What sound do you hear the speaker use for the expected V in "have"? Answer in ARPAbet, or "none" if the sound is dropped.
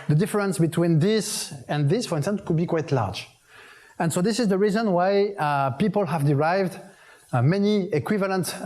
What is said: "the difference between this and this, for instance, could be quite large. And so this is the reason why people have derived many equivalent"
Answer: V